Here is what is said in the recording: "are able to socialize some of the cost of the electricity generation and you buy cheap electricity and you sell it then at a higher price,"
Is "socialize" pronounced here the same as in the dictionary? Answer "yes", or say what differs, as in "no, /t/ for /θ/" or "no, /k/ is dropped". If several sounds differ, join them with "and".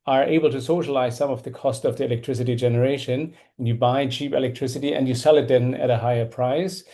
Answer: yes